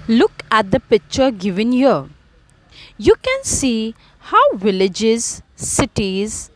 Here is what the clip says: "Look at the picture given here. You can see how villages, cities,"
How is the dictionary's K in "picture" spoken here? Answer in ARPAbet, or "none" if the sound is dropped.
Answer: K